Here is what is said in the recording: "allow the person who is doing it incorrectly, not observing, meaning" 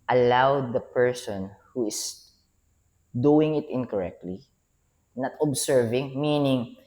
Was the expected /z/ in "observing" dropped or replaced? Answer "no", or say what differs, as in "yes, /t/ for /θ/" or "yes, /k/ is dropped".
yes, /s/ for /z/